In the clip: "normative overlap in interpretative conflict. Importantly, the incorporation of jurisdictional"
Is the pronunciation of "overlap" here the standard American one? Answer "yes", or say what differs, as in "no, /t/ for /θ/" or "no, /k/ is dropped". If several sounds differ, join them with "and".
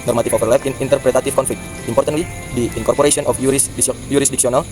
no, /f/ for /p/